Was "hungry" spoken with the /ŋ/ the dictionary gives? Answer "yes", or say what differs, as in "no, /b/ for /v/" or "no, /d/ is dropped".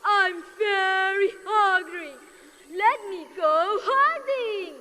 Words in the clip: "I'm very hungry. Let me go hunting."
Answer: no, /ŋ/ is dropped